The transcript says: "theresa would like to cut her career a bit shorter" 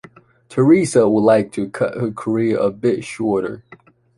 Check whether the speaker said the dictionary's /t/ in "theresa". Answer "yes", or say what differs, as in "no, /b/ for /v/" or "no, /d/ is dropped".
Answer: yes